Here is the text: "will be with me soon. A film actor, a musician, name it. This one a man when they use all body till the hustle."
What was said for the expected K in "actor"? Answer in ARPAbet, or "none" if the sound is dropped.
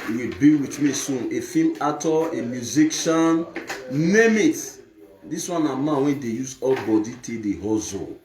none